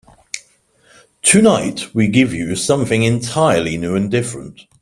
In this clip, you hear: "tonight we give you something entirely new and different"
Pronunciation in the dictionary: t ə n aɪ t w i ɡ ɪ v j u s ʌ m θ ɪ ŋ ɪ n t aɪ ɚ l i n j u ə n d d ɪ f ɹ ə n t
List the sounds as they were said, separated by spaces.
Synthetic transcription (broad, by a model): t ə n aɪ t w i ɡ ɪ v j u s ʌ m θ ɪ ŋ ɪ n t aɪ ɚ l i n j u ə n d d ɪ f ɹ ə n t